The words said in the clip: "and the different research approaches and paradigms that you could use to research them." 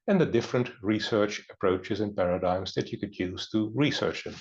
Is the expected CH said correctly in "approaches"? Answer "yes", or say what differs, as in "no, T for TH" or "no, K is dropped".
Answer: yes